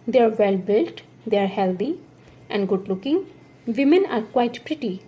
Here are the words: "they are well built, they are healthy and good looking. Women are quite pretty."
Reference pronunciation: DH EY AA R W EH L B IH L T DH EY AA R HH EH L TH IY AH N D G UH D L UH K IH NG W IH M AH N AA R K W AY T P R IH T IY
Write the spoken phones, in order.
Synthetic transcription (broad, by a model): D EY AA R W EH L B IH L T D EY AA R HH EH L T IY AH N D G UH D L UH K IH NG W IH M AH N AA R K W AY T P R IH T IY